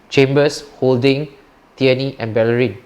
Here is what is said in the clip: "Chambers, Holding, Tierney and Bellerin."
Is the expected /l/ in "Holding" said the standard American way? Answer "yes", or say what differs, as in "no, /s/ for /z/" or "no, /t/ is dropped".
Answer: yes